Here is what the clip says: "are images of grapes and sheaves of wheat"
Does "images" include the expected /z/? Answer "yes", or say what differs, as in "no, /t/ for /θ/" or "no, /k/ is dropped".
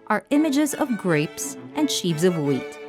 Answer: yes